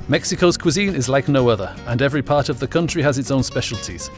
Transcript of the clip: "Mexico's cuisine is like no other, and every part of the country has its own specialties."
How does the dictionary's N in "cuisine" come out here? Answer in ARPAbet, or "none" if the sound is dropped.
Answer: N